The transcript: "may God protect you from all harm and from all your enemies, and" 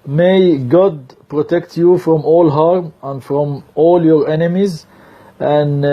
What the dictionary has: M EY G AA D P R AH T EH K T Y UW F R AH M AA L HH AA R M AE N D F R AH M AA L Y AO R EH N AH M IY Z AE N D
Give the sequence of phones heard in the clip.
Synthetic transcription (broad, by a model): M EY G AA D P R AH T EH K T Y UW F R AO M AA L HH AA R M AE N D F R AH M AA L Y AO R EH N AH M IY Z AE N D